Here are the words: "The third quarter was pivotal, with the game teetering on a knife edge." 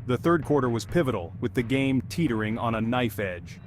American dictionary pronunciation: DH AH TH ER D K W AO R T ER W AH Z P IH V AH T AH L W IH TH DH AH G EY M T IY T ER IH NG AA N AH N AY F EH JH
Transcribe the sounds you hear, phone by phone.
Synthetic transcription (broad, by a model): DH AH TH ER D K W AO R T ER W AH Z P IH V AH T L W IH DH AH G EY M T IY T ER IH NG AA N AH N AY F EH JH